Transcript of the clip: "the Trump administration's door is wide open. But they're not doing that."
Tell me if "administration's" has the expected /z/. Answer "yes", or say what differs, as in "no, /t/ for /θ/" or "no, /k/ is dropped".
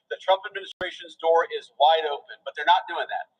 yes